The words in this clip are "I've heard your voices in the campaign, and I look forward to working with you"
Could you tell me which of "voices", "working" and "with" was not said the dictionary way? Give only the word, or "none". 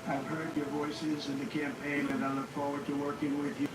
none